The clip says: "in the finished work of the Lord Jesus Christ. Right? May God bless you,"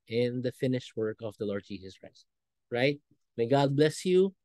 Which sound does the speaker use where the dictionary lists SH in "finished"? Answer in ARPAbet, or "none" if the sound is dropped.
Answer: SH